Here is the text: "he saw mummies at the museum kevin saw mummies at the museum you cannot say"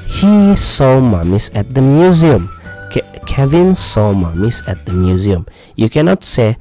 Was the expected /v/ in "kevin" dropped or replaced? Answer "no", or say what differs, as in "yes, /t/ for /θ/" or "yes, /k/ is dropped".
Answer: no